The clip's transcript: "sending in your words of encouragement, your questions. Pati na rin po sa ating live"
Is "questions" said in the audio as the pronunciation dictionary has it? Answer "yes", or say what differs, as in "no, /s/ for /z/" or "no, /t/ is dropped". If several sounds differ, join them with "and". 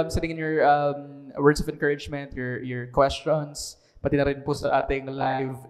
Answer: no, /s/ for /z/